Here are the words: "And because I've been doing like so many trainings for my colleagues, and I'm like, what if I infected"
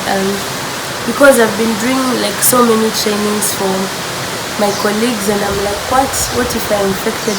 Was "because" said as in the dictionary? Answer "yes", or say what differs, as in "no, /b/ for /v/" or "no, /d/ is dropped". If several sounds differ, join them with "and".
yes